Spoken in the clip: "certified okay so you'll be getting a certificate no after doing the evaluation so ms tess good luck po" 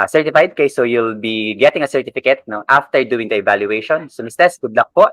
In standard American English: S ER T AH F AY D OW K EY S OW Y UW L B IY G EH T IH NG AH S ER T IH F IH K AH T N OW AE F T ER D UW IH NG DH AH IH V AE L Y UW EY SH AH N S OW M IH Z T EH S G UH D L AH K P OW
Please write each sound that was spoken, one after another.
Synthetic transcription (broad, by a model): S ER T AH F AY D K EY S OW Y UW L B IY G EH T IH NG AH S ER T IH F IH K AH T N OW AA F T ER D UW IH NG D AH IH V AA L Y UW EY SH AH N S OW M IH S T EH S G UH D L AH K P OW